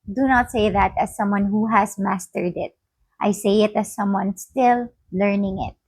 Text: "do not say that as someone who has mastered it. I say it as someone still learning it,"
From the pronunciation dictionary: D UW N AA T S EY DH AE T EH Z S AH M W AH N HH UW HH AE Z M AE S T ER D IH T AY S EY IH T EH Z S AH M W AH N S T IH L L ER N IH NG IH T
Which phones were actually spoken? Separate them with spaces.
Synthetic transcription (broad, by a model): D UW N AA T S EY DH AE T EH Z S AH M W AH N HH UW HH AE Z M AE S T ER D IH T AY S EY IH T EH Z S AH M W AH N S T IH L L ER N IH NG IH T